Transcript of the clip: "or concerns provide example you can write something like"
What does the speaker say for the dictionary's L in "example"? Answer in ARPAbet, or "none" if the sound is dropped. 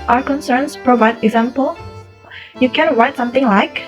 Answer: L